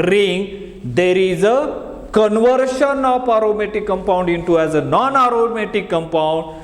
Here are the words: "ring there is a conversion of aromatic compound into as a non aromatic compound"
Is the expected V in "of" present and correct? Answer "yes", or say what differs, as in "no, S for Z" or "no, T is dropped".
no, P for V